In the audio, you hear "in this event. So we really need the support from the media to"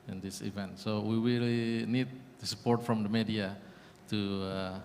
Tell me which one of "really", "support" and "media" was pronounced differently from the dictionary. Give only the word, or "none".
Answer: really